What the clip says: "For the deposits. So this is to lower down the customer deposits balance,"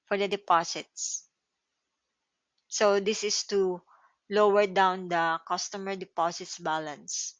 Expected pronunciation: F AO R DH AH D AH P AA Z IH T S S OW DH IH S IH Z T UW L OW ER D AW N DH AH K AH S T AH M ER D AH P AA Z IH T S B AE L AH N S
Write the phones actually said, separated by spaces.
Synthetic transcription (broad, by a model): F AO R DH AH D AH P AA S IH T S S OW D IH S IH S T UW L OW ER D AW N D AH K AH S T AH M ER D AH P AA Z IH T S B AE L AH N S